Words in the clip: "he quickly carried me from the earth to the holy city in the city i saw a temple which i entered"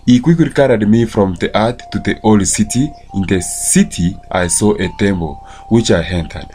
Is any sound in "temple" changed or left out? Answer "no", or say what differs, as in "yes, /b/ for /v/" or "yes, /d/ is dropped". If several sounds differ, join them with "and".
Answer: yes, /b/ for /p/